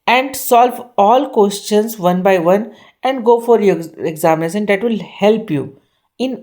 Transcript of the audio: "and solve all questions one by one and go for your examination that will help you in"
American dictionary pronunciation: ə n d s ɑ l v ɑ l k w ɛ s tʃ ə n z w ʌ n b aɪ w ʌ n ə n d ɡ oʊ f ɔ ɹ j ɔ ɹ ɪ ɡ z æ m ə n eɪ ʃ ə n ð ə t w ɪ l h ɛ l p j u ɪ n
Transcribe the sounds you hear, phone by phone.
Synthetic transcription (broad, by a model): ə n d s ɑ l v ɑ l k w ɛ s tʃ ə n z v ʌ n b aɪ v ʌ n ə n d ɡ oʊ f ɔ ɹ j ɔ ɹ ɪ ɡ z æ m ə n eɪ s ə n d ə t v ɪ l h ɛ l p j u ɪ n